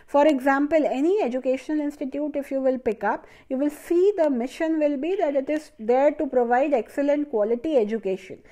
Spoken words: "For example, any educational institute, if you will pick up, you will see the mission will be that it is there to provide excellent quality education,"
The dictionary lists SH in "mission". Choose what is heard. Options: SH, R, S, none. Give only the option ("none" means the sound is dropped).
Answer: SH